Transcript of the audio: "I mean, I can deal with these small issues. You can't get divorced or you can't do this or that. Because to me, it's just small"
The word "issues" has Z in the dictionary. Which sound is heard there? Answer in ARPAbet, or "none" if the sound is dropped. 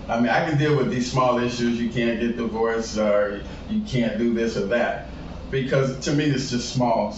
Z